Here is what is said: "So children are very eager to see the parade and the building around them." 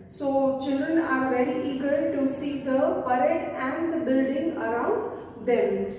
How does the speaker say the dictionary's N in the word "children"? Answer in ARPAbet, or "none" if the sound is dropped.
N